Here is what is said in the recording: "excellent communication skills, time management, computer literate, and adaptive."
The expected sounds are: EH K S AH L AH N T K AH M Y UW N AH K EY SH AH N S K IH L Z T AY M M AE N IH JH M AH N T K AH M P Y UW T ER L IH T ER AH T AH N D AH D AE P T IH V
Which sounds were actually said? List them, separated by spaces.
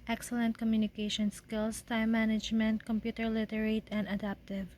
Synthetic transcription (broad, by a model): EH K S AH L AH N T K AH M Y UW N AH K EY SH AH N S K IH L S T AY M M AE N IH JH M AH N T K AH M P Y UW T ER L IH T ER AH T AH N D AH D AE P T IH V